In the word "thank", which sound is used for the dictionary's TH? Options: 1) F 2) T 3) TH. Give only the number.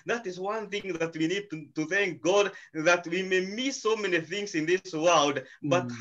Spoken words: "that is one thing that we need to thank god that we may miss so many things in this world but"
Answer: 3